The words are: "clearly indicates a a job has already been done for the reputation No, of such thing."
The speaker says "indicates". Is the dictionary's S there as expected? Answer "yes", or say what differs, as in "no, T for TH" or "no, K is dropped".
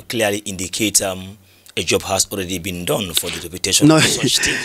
no, S is dropped